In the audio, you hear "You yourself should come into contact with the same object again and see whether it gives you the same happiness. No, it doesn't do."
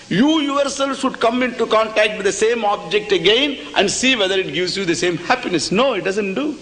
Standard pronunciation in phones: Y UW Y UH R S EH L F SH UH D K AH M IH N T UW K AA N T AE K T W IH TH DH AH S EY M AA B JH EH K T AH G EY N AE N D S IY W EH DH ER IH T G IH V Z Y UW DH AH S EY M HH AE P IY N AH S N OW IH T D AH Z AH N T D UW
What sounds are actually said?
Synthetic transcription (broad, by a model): Y UW Y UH R S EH L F SH UH D K AH M IH N T UW K AA N T AE K T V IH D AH S EY M AA B JH EH K T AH G EY N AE N D S IY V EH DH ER IH T G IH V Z Y UW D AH S EY M HH AE P IY N AH S N OW IH T D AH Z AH N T D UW